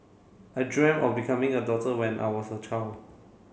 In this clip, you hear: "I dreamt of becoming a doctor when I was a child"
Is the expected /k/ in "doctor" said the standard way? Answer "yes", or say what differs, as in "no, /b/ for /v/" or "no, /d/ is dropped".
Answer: no, /k/ is dropped